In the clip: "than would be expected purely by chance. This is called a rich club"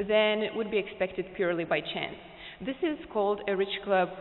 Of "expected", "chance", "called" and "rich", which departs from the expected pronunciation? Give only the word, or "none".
none